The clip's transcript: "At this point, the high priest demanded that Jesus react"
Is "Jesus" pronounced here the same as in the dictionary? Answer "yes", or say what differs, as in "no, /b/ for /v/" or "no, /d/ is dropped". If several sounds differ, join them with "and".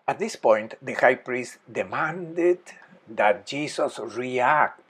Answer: no, /s/ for /z/